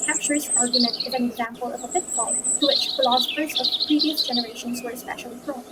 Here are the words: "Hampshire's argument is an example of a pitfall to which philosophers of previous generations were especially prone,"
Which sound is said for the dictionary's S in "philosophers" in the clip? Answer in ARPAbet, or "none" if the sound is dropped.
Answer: S